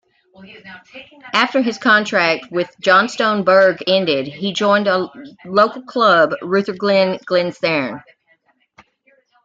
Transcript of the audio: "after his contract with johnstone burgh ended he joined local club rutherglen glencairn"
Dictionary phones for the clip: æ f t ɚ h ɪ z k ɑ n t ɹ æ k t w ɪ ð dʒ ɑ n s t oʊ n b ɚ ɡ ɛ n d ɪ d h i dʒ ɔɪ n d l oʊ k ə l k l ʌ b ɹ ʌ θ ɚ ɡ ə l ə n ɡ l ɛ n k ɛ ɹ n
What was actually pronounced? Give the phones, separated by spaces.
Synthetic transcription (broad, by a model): æ f t ɚ ɪ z k ɑ n t ɹ æ k t w ɪ ð dʒ ɑ n s t oʊ n b ɚ ɡ ɛ n d ɪ d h i dʒ ɔɪ n d l oʊ k l k l ʌ b ɹ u θ ɚ ɡ l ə n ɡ l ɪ n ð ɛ ɹ n